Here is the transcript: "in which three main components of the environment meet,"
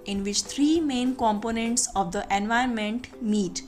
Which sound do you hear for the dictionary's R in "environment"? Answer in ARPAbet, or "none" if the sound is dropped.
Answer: none